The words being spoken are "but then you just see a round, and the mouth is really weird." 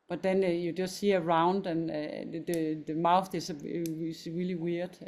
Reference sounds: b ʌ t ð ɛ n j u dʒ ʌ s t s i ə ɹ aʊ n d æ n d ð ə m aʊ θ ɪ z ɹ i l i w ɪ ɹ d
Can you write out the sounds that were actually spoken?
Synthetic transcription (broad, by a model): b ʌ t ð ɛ n j u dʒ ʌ s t s i ə ɹ aʊ n d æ n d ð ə m aʊ θ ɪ s ɹ i l i w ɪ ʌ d